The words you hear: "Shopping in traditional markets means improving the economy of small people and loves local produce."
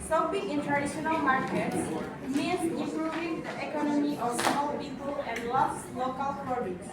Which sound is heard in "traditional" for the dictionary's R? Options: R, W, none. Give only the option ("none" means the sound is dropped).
none